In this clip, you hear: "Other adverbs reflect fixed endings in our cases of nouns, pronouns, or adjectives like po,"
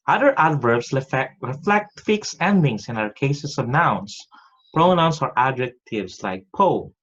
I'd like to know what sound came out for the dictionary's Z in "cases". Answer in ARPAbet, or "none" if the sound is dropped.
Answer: S